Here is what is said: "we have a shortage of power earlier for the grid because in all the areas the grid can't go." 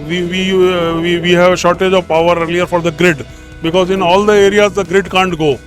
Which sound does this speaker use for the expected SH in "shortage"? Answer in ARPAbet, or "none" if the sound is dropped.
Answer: SH